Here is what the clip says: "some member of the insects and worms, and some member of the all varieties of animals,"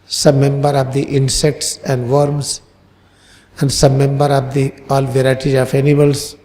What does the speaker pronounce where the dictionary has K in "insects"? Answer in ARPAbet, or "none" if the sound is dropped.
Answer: K